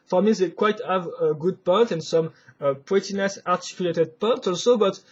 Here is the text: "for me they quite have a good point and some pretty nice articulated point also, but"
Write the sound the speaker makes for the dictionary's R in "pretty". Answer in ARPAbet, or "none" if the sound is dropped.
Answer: W